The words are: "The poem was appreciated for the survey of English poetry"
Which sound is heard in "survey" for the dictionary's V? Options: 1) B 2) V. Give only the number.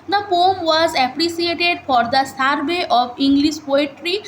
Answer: 1